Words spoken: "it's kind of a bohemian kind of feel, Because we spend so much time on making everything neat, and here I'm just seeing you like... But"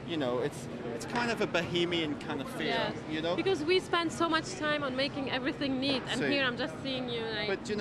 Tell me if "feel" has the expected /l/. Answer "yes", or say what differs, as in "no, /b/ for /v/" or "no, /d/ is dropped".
no, /n/ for /l/